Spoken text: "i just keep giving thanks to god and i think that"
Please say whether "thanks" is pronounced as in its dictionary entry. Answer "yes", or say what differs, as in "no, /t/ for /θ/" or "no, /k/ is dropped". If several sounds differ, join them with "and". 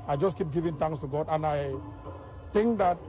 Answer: no, /k/ is dropped